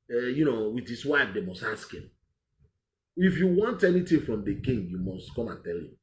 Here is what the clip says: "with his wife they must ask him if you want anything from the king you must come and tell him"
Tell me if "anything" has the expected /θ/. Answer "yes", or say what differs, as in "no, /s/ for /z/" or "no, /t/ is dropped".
no, /t/ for /θ/